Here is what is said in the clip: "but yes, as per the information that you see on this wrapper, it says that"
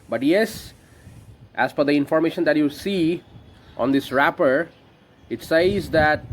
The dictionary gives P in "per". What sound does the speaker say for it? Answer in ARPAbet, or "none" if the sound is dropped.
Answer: F